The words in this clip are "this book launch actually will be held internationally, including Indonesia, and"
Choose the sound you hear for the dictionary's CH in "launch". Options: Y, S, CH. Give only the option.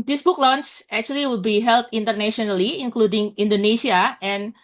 S